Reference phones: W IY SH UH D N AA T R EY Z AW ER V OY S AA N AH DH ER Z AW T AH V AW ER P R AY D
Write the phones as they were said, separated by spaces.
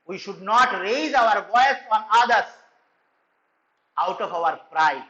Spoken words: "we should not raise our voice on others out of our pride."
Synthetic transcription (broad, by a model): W IY SH UH D N AA T R EY Z AW ER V OY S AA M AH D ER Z AW T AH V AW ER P R AY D